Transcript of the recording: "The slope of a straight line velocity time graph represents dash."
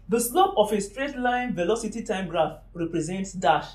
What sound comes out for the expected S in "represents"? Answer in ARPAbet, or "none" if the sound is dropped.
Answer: S